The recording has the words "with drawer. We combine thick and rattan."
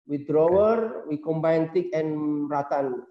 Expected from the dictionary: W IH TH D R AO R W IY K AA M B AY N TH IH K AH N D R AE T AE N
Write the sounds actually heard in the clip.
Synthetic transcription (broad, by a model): W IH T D W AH R W IY K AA M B AY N T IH K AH N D R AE T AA N